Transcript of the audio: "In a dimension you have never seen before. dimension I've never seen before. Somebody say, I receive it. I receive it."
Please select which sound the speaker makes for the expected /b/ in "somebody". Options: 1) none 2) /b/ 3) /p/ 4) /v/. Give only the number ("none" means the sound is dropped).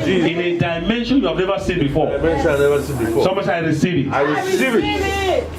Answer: 1